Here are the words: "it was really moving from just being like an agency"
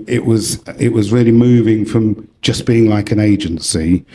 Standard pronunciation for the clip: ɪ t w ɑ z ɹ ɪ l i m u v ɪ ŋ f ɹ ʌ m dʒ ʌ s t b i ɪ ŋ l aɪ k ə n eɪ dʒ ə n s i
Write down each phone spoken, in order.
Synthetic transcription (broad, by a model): ɪ t w ɑ z ɹ ɪ l i m u v ɪ ŋ f ɹ ʌ m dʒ ʌ s b i ɪ ŋ l aɪ k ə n eɪ dʒ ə n s i